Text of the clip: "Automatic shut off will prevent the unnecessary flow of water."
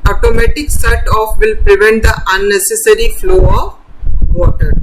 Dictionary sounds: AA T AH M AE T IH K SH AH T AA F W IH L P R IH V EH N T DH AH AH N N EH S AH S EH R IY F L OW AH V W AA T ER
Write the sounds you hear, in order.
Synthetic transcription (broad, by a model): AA T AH M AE T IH K S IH T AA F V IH L P R IH V EH N T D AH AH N N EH S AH S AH R IY F L OW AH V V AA T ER